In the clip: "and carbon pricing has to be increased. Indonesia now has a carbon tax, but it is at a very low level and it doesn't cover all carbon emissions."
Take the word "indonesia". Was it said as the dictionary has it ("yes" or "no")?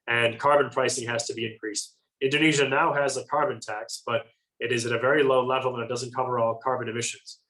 yes